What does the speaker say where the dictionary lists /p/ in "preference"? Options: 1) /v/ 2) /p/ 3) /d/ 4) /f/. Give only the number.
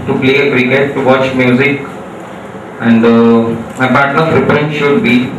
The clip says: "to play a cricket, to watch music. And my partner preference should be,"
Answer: 4